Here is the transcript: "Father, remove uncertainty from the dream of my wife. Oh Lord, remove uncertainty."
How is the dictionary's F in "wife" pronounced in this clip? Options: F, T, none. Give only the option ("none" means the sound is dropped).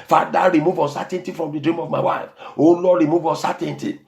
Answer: F